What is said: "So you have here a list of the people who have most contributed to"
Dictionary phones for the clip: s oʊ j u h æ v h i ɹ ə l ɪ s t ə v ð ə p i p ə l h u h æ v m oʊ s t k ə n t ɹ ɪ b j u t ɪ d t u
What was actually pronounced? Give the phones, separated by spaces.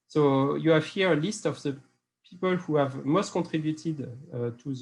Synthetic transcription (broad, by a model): s oʊ j u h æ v h i ɹ ə l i s t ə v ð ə p i p ə l h u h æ v m oʊ s t k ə t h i b j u t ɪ d t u